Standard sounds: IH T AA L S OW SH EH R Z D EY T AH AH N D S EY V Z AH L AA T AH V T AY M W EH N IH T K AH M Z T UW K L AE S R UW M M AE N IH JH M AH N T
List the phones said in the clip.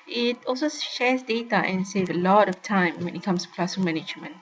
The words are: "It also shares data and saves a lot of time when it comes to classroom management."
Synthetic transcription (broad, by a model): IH T AA L S OW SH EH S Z D EY T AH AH N S EY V AH L AA T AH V T AY M W EH N IH T K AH M S T UW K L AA S UW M M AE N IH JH M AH N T